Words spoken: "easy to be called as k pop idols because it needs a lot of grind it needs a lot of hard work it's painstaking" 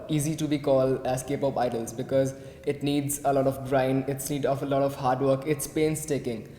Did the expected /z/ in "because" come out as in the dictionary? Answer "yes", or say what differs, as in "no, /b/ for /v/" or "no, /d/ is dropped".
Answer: yes